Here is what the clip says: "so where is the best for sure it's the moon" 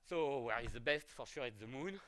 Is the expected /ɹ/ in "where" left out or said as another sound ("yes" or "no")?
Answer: no